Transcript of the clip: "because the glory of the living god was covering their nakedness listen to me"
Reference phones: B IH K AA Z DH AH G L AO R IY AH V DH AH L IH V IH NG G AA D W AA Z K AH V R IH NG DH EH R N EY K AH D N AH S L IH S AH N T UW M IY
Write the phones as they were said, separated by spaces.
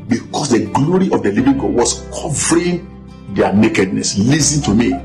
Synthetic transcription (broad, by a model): B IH K AA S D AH G L AO R IY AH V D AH L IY V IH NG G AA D W AA S K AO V R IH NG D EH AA N EY K AH D N AH S L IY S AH N T UW M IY